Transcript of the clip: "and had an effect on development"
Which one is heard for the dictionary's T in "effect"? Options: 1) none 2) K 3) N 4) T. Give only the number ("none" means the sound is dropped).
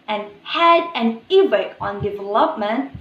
1